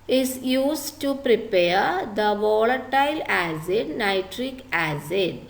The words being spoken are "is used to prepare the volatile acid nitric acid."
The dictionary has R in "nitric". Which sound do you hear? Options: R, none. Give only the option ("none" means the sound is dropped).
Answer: R